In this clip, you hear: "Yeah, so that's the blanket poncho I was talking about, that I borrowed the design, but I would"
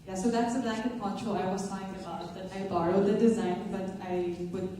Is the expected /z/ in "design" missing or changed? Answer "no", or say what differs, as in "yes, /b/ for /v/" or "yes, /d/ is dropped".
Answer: no